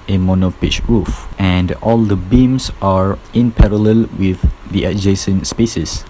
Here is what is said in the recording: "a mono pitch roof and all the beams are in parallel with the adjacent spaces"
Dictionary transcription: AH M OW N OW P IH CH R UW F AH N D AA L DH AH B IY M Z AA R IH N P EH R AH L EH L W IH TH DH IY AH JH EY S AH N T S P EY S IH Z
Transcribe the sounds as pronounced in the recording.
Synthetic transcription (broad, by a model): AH M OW N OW P IH CH R UW F AH N D AA L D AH B IY M S AA R IH N P EH R AH L EH L W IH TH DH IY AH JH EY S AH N S P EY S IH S